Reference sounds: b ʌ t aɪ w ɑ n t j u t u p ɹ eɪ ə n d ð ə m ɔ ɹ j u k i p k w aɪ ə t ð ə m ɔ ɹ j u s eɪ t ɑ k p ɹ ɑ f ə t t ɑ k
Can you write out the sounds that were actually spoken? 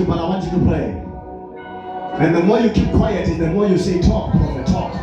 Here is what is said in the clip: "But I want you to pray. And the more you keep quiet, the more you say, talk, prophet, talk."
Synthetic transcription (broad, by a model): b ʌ t aɪ w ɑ n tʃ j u t u p l eɪ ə n ð ə m ɔ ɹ j u k i p k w aɪ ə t ð ə m ɔ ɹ j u s eɪ t ɑ k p ɑ ə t t ɑ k